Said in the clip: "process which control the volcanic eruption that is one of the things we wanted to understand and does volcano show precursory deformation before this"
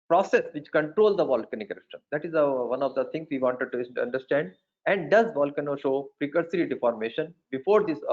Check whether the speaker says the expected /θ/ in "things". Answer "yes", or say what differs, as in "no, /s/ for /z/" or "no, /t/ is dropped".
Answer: no, /t/ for /θ/